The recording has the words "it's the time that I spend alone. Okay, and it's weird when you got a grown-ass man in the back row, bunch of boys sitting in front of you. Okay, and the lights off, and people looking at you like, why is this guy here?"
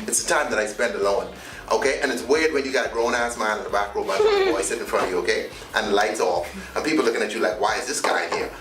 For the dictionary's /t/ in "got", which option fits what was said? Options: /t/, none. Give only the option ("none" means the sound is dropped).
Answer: none